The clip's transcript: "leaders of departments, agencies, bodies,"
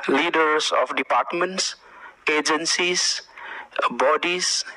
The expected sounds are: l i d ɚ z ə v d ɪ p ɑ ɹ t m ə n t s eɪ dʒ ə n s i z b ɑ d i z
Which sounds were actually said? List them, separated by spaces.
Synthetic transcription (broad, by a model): l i d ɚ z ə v d ɪ p ɑ ɹ t m ə n t s eɪ dʒ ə n s i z b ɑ d i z